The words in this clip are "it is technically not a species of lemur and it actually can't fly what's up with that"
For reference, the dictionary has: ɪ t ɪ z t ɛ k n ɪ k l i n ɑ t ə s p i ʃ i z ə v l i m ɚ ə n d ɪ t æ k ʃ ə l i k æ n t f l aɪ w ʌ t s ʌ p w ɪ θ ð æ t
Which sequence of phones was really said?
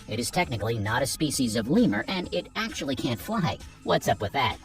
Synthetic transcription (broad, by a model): ɪ t ɪ z t ɛ k n ɪ k l i n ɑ t ə s p i ʃ i z ə v l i m ɚ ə n ɪ t æ k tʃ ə l i k æ n t f l aɪ w ʌ t s ʌ p w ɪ ð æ t